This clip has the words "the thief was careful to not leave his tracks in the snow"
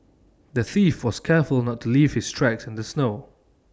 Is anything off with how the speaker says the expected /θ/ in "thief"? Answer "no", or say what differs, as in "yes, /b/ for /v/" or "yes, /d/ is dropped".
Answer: no